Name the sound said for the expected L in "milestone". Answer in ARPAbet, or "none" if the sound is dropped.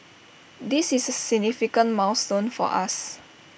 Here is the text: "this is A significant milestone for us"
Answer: W